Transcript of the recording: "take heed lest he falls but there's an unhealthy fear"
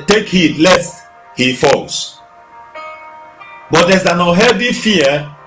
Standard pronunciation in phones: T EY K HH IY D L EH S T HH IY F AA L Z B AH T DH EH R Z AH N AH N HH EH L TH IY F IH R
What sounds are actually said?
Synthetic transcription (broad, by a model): T EY K HH IY D L EH S T HH IY F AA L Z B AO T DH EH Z AH N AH HH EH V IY F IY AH